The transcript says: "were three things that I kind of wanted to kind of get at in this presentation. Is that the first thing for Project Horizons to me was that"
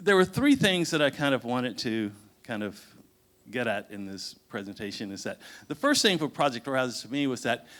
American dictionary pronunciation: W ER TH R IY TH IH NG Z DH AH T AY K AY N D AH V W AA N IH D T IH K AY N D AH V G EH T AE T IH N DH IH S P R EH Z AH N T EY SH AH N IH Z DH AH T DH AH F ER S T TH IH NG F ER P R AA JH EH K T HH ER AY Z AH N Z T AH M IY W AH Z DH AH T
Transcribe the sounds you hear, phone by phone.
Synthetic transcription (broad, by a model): W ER TH R IY TH IH NG Z DH AH T AY K AY N D AH V W AA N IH D T IH K AY N D AH V G EH T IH T IH N DH IH S P R EH Z AH N T EY SH AH N IH Z DH AH T DH AH F ER S T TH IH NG F ER P R AA JH EH K T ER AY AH Z T AH M IY W AH Z DH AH T